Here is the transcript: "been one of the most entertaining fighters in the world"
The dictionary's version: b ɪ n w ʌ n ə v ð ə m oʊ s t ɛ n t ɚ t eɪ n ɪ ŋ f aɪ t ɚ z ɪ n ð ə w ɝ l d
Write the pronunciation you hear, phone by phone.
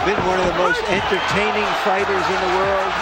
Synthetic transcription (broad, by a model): b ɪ n w ʌ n ə v ð ə m oʊ s t ɛ n t ɚ t eɪ n ɪ ŋ f aɪ t ɚ z ɪ n ð ə w ɝ l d